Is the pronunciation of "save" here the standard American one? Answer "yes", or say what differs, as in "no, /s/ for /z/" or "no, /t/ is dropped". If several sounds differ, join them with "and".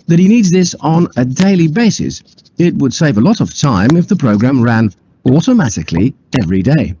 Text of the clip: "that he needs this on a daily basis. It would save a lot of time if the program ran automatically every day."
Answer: yes